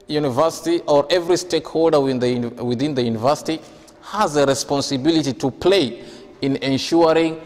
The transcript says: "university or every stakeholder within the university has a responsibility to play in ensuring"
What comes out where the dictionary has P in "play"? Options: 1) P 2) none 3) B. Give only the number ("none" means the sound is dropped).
1